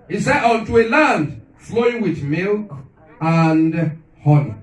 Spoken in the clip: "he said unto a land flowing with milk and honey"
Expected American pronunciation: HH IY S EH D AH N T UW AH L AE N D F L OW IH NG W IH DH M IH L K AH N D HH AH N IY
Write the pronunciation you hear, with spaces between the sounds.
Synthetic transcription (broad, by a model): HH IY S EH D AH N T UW AH L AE N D F L OW IH NG W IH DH M IH L K AH N D HH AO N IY